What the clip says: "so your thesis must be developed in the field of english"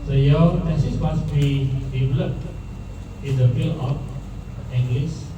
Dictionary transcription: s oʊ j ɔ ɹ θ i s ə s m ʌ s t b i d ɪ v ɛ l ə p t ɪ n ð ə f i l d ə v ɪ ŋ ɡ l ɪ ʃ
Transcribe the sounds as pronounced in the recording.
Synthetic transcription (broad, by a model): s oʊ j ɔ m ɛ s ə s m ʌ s b i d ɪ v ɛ l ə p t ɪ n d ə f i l ə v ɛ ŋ ɡ l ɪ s